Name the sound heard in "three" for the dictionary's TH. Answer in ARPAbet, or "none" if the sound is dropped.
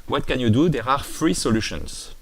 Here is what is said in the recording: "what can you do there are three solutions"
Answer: F